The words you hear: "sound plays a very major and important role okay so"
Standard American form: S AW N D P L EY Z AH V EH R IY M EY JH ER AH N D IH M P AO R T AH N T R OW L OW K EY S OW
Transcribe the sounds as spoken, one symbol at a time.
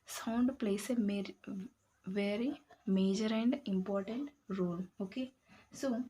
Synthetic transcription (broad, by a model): S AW N D P L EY S AH V EH R IY M EY JH ER AH N D IH M P AO R T AH N T R OW L OW K EY S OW